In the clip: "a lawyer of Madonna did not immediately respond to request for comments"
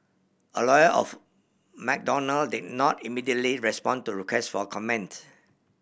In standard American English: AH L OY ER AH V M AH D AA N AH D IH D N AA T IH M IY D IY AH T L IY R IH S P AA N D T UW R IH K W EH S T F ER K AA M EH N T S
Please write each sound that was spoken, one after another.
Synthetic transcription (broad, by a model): AH L OY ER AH F M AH D AA N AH D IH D N AA T IH M IY D IY AH T L IY R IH S P AA N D T UW R IH K W EH S T F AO K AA M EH N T